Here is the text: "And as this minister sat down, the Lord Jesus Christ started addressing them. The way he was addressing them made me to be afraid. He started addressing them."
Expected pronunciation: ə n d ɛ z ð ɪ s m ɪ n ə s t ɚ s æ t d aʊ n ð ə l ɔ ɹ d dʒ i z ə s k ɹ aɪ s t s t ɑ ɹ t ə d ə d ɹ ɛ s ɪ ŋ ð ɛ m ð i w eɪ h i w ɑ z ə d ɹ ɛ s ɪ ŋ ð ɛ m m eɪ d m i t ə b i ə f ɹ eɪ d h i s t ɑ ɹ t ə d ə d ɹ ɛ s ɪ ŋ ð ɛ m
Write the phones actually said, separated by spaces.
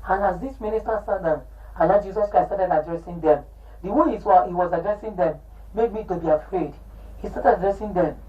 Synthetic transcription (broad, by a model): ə n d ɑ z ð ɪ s m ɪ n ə s t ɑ s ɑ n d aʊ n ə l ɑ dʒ i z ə s k ɹ aɪ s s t ɑ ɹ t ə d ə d ɹ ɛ s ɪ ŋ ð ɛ m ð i w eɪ h i w ɑ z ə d ɹ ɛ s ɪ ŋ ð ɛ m m eɪ d m i t ə b i ə f ɹ eɪ d h i s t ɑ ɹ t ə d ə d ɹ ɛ s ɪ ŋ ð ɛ m